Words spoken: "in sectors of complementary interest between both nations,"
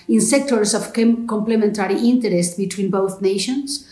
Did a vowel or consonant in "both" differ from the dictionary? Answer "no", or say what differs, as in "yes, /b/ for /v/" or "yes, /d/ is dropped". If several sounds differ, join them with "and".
no